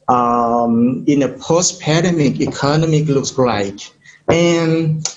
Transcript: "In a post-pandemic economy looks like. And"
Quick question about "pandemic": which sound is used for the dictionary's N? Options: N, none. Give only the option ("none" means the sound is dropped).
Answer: none